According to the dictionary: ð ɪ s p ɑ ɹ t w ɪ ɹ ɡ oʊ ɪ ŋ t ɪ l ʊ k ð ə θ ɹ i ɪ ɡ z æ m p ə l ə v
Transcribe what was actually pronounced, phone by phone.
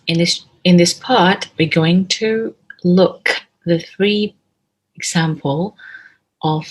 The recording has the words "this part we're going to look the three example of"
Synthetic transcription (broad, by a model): ð ɪ s p ɑ ɹ t w ɪ ɹ ɡ oʊ ɪ ŋ t ɪ l ʊ k ð ə θ ɹ i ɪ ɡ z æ m p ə l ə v